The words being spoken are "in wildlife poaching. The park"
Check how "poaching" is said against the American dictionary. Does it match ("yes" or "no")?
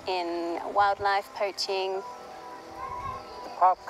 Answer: yes